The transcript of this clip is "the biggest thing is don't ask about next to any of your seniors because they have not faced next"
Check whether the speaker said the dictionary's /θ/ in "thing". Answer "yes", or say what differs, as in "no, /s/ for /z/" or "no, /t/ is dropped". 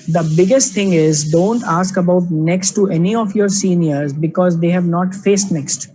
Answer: no, /t/ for /θ/